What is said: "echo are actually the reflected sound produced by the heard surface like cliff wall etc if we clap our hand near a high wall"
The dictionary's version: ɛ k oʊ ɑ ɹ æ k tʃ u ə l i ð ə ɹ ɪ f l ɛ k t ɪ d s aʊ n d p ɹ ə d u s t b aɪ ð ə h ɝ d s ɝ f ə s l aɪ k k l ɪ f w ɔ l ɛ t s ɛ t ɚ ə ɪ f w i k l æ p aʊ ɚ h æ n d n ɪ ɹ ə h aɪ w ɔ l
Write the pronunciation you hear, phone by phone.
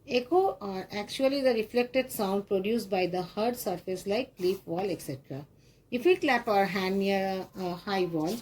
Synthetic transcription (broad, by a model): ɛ k oʊ ɑ ɹ æ k tʃ u ə l i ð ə ɹ ɪ f l ɛ k t ɪ d s aʊ n d p ɹ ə d u s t b aɪ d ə h ɝ d s ɝ f ə s l aɪ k k l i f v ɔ l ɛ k s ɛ t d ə ɪ f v i k l æ p aʊ ɚ h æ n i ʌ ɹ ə h aɪ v ɔ l